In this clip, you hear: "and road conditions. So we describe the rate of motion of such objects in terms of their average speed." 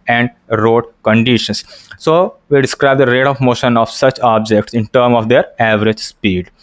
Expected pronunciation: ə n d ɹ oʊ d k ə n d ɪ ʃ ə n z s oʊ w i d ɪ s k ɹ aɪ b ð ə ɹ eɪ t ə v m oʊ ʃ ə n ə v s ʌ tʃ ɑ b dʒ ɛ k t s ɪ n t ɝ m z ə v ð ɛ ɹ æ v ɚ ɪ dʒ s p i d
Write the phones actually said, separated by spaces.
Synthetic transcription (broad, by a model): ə n d ɹ oʊ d k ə n d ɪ ʃ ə n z s oʊ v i d ɪ s k ɹ aɪ b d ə ɹ eɪ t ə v m oʊ ʃ ə n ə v s ʌ tʃ ɑ b dʒ ɛ k t s ɪ n t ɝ m ə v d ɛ ɹ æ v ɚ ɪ dʒ s p i d